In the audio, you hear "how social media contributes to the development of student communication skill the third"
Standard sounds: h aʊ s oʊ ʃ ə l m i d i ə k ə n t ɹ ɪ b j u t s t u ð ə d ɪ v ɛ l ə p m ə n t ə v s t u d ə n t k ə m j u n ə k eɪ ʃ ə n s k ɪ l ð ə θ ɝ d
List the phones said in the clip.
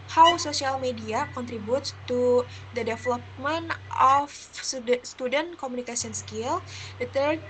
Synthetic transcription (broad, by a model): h aʊ s oʊ s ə l m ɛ d i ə k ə n t ɹ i b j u t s t u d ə d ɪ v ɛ l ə p m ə n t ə f s t u d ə n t k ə m u n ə k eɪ s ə n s k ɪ l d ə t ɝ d